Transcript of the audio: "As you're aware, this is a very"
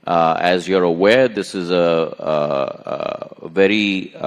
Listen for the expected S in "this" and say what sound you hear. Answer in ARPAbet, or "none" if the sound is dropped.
S